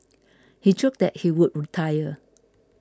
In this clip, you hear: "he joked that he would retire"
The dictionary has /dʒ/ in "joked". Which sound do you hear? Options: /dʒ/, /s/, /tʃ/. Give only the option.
/tʃ/